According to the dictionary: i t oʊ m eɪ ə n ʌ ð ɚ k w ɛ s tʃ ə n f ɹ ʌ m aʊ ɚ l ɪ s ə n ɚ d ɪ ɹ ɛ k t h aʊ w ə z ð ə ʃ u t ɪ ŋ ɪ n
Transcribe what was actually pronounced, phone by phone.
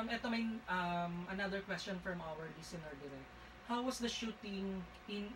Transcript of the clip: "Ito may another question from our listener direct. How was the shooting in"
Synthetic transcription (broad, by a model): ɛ t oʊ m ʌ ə n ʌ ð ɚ k w ɛ s tʃ ə n f ɹ ʌ m aʊ ɚ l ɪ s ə n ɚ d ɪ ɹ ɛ t h aʊ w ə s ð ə ʃ u t ɪ ŋ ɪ n